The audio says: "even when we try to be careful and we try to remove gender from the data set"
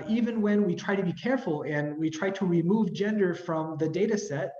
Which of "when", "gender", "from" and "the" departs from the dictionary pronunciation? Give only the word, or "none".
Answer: none